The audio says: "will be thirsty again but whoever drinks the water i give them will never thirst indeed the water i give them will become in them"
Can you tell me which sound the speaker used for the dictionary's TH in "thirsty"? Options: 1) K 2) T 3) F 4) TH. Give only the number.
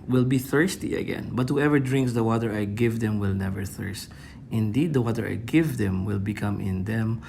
4